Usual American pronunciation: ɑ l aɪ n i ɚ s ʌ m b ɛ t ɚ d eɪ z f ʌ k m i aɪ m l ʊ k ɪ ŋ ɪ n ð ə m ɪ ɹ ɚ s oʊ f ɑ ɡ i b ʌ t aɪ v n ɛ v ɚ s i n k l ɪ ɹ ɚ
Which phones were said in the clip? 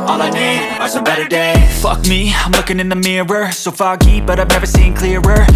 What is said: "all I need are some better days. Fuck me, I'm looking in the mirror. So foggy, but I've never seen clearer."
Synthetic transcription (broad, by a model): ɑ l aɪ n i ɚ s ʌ b ɛ t ɚ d eɪ f ʌ k m i aɪ m l ʊ k ɪ ŋ ɪ n ð ə m ɪ ɹ ɚ s oʊ f ɑ ɡ i b ʌ t aɪ v n ɛ v ɚ s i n k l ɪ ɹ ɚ